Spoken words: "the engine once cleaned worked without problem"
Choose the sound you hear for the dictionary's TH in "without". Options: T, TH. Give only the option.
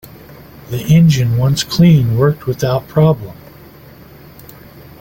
TH